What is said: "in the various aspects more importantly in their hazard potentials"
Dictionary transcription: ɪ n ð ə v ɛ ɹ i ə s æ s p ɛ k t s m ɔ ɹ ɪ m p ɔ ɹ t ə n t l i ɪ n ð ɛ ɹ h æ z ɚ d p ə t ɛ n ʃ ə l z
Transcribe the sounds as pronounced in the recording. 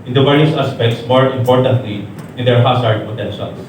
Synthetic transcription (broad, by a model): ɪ n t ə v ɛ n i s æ s p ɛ k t s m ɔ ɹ ɪ m p ɔ ɹ t ə n t l i ɪ n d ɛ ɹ h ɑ s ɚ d p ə t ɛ n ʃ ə l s